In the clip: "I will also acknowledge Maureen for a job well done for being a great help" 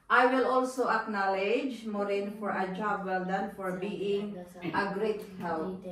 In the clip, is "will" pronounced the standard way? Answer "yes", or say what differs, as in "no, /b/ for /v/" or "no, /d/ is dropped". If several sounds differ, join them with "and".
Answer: yes